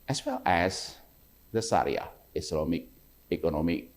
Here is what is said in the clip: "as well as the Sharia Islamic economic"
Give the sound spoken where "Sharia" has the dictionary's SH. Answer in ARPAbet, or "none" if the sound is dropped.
S